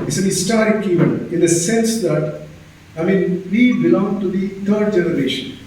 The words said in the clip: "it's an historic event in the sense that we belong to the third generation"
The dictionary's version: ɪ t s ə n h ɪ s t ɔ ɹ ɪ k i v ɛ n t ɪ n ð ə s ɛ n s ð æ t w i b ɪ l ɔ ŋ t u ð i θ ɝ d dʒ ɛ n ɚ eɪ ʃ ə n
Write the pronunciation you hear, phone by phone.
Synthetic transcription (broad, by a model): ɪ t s ə n h ɪ s t ɔ ɹ ɪ k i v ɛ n ɪ n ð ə s ɛ n s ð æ t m i b ɪ l ɔ ŋ t u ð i t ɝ d dʒ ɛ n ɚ eɪ ʃ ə n